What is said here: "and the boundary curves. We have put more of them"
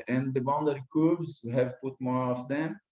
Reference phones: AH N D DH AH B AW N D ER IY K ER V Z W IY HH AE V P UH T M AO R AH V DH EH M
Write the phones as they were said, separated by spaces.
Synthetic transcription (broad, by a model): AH N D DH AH B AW N D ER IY K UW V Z HH AE V P UH T M AO R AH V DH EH M